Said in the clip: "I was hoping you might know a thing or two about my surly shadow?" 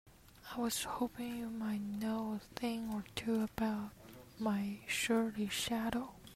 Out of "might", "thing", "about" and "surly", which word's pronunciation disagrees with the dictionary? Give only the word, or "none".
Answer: surly